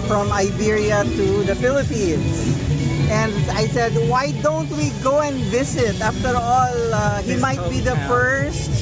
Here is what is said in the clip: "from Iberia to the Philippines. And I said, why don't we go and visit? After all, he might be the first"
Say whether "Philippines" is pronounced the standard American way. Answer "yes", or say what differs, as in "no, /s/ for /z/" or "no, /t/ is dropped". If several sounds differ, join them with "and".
no, /s/ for /z/